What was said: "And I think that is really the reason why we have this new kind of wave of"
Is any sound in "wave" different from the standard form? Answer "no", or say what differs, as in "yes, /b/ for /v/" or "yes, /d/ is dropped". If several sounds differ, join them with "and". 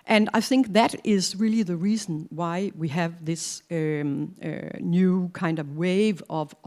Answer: no